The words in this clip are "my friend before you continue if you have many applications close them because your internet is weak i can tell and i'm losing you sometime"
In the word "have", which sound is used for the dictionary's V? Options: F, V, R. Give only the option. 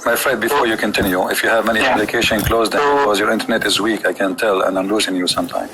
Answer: V